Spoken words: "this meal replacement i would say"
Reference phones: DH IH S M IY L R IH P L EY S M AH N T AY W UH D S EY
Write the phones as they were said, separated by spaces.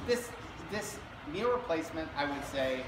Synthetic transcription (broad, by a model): DH IH S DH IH N R IH P L EY S M AH N T AY W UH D S EY